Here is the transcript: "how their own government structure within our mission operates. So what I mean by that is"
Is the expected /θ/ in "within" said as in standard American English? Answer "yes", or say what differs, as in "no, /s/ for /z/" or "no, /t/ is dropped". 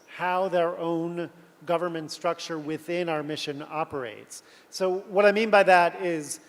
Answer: yes